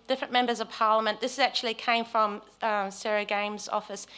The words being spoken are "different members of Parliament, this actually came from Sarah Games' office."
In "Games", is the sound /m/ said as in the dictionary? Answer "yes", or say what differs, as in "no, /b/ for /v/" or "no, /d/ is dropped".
yes